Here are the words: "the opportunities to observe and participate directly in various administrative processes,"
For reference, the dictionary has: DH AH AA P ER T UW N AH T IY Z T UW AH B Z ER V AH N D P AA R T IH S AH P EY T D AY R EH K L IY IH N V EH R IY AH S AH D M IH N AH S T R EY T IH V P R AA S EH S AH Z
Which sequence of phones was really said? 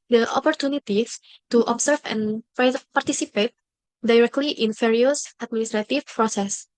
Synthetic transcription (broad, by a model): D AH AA P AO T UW N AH T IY S T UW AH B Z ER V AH N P P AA R T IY S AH P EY T D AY R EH K L IY IH N F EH R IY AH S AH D M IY N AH S T R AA T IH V P R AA S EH S